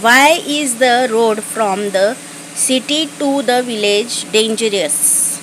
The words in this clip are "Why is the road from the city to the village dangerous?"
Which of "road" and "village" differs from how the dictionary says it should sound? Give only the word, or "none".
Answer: none